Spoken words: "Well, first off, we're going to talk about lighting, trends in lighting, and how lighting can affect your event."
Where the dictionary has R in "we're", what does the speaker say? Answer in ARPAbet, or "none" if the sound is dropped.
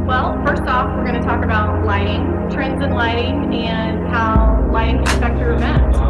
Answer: R